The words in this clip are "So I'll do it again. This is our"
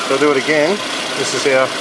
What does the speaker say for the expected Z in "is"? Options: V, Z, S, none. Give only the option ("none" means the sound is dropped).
S